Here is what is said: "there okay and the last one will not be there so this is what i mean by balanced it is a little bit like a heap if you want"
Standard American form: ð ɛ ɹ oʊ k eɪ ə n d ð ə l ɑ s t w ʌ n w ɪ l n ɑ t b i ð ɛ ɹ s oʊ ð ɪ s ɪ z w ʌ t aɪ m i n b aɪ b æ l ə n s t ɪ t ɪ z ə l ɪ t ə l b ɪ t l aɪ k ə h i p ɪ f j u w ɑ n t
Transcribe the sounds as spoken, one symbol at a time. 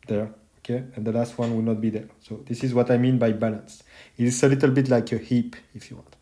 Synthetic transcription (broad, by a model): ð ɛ ɹ oʊ k eɪ ə n d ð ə l ɑ s t w ʌ n w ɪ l n ɑ t b i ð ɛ ɹ s oʊ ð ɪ s ɪ z w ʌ t aɪ m i n b aɪ b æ l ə n s ɪ t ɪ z ə l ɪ t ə l b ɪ t l aɪ k ə h i p ɪ f j u w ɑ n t